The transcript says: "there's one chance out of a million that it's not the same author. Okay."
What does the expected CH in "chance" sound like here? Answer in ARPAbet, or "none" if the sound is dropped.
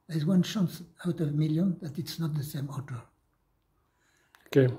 SH